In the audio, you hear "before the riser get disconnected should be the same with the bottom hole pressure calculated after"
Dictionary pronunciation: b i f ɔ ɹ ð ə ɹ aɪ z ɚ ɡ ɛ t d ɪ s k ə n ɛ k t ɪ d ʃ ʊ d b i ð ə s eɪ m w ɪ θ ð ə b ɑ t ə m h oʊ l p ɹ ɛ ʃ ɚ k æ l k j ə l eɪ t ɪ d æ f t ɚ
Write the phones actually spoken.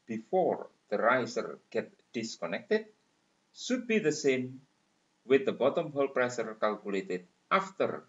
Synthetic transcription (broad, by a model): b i f ɔ ɹ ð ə ɹ aɪ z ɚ ɡ ɛ t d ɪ s k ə n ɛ k t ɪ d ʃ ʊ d b i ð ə s eɪ m w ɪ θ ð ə b ɑ t ə m h oʊ l p ɹ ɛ s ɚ k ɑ l k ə l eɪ t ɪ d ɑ f t ɚ